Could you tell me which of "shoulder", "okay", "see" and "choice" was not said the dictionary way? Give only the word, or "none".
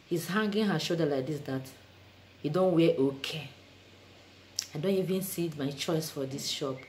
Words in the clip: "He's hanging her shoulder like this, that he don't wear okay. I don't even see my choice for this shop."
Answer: shoulder